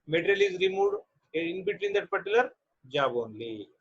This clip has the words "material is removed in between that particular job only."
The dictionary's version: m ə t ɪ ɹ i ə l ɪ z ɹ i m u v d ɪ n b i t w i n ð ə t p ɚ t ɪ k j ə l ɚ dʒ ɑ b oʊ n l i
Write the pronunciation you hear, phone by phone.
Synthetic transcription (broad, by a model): m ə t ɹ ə l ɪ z ɹ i m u d ɪ n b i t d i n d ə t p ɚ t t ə l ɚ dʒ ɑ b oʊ n l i